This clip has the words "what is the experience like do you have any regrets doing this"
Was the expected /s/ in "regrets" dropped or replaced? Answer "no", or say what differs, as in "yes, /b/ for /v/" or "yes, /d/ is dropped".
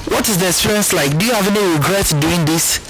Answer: yes, /s/ is dropped